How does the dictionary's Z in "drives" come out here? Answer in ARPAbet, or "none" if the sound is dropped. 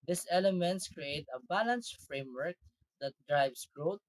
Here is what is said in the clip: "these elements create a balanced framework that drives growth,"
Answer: S